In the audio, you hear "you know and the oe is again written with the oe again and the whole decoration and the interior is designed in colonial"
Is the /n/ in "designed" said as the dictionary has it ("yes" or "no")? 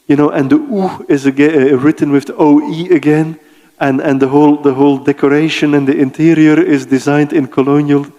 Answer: yes